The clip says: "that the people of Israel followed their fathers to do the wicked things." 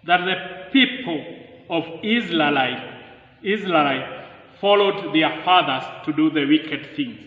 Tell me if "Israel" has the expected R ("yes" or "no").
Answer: no